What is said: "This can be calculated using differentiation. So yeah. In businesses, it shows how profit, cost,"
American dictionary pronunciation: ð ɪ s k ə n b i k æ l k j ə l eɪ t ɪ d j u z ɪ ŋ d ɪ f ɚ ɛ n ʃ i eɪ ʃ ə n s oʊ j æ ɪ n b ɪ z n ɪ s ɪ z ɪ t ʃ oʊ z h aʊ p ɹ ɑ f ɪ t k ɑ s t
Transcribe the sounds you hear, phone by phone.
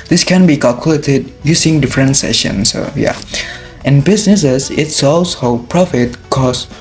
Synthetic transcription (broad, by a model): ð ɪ s k ə n b i k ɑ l k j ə l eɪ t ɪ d j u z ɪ ŋ d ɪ f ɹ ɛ n s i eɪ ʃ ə n s oʊ j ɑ ɪ n b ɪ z n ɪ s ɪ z ɪ t s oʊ s h aʊ p ɹ ɑ f ɪ t k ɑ s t